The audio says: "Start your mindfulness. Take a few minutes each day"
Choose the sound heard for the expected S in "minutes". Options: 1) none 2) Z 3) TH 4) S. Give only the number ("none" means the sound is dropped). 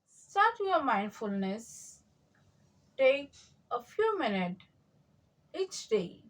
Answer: 1